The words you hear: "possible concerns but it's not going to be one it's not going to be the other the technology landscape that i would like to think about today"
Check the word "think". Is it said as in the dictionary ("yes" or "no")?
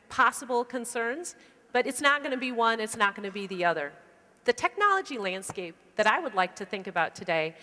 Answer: yes